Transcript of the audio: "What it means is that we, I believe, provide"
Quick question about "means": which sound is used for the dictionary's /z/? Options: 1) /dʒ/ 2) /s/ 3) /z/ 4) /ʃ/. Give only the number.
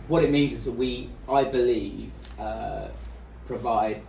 3